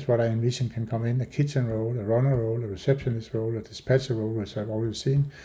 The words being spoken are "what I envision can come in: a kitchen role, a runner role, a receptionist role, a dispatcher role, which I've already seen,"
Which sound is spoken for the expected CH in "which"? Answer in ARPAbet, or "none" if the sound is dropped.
S